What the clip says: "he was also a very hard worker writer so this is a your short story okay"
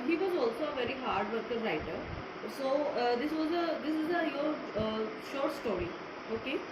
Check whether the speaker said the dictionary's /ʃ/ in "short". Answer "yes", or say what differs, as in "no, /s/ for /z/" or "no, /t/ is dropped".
yes